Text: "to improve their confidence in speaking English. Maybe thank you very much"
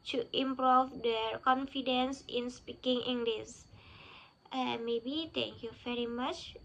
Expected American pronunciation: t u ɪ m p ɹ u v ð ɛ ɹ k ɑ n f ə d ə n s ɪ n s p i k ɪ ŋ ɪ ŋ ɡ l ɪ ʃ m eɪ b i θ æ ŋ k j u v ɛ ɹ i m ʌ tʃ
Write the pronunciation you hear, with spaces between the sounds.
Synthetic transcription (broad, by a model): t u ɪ m p ɹ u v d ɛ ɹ k ɑ n f ə d ə n s ɪ n s p i k ɪ ŋ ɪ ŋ ɡ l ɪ s m eɪ b i t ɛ ŋ k j u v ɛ ɹ i m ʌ tʃ